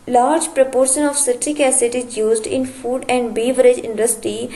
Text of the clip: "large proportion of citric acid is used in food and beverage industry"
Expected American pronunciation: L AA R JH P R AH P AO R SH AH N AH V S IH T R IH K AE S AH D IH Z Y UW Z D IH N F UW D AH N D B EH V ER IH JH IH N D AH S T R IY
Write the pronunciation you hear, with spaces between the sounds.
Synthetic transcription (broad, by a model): L AA R JH P R AH P AO R SH AH N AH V S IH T IH K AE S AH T IH Z Y UW Z D IH N F UW D AH N D B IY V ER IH JH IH N D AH S T R IY